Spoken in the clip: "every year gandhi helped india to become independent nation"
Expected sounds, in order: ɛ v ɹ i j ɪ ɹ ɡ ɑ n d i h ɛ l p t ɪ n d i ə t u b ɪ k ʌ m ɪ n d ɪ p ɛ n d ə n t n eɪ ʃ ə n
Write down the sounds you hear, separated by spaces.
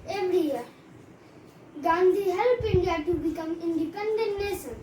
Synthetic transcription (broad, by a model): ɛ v ɹ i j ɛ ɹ ɡ ɑ n d i h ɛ l p ɪ n d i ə t u b ɪ k ʌ m ɪ n d ɪ p ɛ n d ə n t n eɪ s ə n